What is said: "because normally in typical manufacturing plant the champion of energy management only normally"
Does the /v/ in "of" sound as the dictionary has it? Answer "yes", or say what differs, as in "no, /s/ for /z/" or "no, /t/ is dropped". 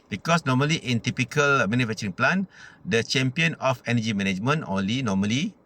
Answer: no, /f/ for /v/